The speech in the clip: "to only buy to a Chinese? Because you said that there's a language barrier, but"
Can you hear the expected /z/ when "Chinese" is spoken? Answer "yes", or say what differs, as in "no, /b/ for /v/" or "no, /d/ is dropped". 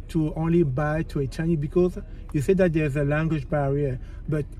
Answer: no, /z/ is dropped